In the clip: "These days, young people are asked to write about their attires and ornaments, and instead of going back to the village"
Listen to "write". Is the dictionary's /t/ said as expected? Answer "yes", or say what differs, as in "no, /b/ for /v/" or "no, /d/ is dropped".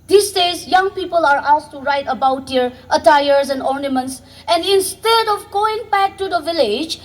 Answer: yes